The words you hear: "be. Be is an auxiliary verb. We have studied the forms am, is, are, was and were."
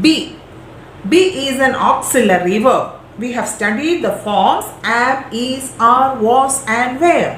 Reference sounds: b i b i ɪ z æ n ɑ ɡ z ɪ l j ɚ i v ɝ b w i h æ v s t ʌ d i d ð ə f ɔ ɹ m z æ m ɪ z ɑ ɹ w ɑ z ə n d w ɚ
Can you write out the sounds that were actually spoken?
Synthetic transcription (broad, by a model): b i b i ɪ z æ n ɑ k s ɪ l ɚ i v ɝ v i h æ v s t ʌ d i d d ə f ɔ ɹ m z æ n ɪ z ɑ ɹ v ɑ s ə n d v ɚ